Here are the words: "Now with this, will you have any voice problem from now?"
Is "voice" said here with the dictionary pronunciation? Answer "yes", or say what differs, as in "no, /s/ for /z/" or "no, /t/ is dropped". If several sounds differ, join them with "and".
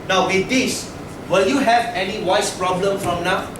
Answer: no, /w/ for /v/